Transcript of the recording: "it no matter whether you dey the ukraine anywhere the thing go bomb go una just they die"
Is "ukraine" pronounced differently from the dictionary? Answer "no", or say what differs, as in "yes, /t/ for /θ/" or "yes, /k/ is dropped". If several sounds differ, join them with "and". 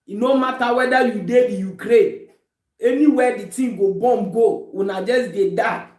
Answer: yes, /n/ is dropped